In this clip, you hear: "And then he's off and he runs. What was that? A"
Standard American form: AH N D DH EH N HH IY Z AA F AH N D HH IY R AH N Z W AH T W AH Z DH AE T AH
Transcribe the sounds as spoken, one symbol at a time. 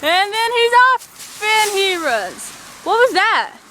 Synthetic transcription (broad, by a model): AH N DH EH N HH IY Z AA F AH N HH IY R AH Z W AH T W AH Z DH AE T